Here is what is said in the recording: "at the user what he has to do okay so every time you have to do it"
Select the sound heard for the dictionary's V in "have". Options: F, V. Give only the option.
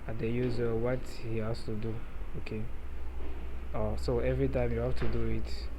F